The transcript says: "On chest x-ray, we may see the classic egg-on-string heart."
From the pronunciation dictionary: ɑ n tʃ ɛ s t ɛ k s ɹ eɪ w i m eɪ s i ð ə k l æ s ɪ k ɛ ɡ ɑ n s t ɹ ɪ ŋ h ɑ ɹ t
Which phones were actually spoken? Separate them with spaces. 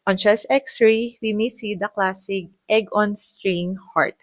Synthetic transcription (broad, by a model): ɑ n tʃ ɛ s ɛ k s ɹ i w i m eɪ s i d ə k l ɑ s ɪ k ɛ ɡ ɑ n s t ɹ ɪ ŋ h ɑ ɹ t